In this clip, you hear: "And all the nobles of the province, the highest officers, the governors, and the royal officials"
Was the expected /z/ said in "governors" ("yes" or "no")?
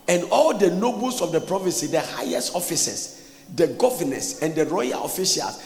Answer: no